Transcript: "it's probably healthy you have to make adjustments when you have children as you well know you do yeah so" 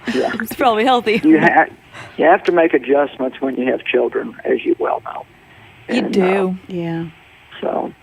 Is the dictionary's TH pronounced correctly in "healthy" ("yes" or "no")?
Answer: yes